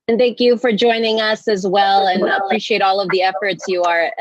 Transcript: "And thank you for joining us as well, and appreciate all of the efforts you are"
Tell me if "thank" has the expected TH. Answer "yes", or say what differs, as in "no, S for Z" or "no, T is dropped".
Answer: yes